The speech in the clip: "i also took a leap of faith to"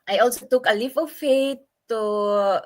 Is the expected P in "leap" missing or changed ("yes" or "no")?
yes